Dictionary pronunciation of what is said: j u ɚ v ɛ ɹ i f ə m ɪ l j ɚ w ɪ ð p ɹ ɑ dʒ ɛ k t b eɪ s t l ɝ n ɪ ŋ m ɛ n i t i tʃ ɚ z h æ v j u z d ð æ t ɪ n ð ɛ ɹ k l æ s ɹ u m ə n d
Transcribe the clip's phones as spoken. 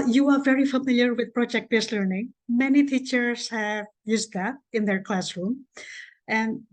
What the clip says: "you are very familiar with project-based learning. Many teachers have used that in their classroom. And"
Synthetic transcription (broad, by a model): j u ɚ v ɛ ɹ i f ə m ɪ l j ɚ w ɪ ð p ɹ ɑ dʒ ɛ k t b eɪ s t l ɝ n ɪ ŋ m ɛ n i t i tʃ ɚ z h æ v j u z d ð æ t ɪ n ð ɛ ɹ k l æ s ɹ u m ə n